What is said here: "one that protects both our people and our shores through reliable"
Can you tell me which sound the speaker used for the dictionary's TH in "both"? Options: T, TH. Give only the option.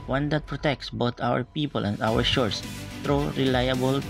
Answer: T